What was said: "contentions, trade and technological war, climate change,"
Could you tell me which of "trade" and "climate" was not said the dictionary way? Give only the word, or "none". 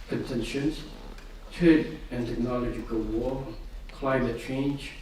trade